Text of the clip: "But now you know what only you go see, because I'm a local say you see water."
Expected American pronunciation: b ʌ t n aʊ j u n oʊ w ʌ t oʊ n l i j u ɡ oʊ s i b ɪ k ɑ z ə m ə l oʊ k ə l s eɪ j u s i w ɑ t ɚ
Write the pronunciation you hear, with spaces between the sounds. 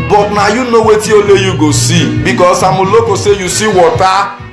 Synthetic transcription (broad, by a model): b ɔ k n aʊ j u n oʊ w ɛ t oʊ l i j u ɡ oʊ s i b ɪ k ɑ s ə m ə l oʊ k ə s eɪ j u s i w ɑ t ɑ